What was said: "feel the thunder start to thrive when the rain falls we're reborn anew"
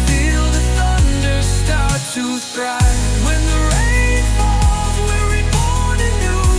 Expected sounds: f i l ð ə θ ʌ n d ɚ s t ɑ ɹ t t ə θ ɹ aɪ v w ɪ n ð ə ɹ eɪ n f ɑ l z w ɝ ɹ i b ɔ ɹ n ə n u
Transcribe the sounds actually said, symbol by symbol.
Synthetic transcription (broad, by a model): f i l ð ə θ ʌ n d ɚ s t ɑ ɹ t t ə t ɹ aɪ w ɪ n ð ə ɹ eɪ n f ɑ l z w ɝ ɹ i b ɔ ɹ ə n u